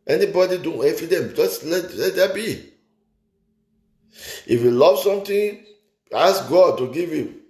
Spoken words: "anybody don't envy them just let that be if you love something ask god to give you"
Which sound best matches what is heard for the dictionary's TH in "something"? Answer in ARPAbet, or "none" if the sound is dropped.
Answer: T